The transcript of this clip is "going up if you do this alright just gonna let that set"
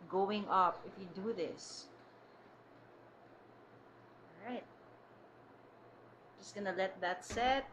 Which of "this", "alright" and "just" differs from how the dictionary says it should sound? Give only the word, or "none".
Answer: alright